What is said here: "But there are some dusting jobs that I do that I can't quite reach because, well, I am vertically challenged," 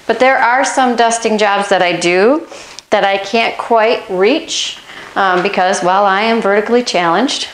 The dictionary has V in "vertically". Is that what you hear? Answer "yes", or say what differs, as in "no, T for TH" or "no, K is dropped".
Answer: yes